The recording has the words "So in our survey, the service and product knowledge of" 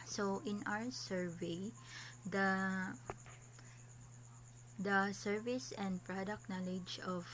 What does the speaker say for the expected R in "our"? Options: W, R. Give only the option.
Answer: W